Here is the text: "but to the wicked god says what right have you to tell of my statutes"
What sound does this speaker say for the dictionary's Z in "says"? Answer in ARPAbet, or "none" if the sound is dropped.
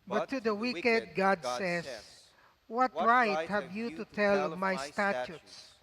S